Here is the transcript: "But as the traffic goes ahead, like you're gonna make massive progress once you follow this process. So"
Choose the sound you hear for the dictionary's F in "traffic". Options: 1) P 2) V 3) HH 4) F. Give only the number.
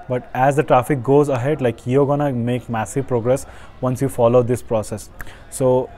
4